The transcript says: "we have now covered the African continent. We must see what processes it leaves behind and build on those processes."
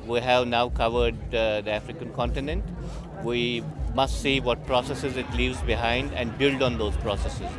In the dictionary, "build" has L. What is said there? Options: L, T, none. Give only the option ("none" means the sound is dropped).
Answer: L